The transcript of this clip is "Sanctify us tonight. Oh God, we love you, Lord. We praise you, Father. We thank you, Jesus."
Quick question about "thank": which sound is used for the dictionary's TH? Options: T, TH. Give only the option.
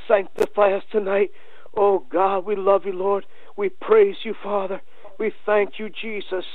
TH